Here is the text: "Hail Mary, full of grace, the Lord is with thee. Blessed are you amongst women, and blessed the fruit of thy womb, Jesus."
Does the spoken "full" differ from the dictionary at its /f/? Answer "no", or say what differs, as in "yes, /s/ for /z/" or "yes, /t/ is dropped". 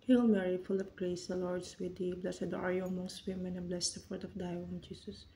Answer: no